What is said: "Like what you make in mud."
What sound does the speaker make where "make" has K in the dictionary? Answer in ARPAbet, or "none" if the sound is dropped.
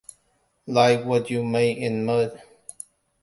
none